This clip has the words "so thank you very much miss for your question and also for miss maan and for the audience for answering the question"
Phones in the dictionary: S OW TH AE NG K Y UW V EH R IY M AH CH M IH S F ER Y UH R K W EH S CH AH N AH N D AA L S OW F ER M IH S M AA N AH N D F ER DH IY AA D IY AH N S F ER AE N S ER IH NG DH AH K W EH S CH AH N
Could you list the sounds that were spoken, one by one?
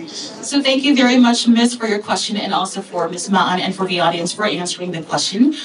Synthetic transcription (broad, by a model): S OW TH AE NG K Y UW V EH R IY M AH CH M IH S F ER Y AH R K W EH S CH AH N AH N AA L S OW F ER M IH S M AA N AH N F ER DH IY AA D IY AH N S F ER AE N S ER IH NG DH AH K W EH S CH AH N